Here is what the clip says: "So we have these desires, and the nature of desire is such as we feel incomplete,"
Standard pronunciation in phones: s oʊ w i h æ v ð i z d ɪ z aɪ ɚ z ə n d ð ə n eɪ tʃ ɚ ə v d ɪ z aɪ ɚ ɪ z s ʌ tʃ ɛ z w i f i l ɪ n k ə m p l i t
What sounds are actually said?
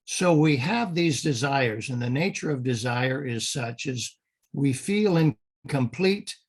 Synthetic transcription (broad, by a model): s oʊ w i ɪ v ð i z d ɪ z aɪ ɚ z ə n ð ə n eɪ tʃ ɚ ə v d ɪ z aɪ ɚ ɪ z s ʌ tʃ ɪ z w i f i l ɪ n k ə m p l i t